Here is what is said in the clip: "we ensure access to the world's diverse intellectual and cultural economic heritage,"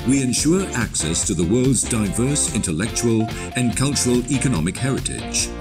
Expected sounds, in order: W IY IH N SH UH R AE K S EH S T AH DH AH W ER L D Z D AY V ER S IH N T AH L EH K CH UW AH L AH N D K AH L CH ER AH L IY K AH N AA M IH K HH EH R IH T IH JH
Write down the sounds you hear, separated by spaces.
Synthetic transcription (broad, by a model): W IY IH N SH UH R AE K S EH S T AH DH AH W ER L D Z D AY V ER S IH N T AH L EH K CH UW AH L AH N K AH L CH ER AH L IY K AH N AA M IH K HH EH R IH T IH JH